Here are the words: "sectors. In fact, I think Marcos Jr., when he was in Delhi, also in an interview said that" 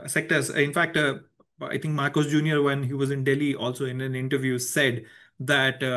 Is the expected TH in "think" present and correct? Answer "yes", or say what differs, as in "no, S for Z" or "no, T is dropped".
no, T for TH